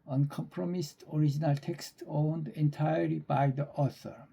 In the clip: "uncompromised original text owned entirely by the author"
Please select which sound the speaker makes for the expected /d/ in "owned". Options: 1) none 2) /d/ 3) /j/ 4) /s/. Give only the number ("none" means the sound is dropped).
2